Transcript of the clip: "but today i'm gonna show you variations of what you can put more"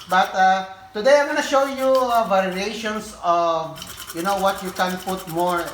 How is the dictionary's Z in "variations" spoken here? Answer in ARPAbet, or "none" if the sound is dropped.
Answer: S